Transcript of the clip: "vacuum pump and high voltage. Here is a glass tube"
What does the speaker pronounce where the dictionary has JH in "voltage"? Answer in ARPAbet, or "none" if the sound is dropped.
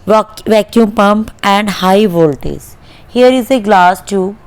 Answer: Z